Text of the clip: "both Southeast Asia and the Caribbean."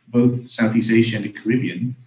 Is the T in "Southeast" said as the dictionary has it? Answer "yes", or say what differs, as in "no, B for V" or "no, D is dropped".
no, T is dropped